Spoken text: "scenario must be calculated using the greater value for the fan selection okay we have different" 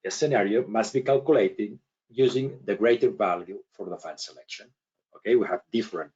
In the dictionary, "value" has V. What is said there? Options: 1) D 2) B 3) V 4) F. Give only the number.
3